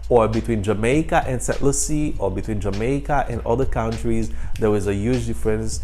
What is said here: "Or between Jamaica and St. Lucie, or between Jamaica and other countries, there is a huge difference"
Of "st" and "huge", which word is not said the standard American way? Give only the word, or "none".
st